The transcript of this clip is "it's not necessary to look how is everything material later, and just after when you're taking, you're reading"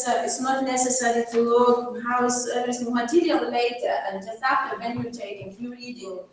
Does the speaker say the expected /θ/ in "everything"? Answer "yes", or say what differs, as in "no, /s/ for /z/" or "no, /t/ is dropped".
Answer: no, /s/ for /θ/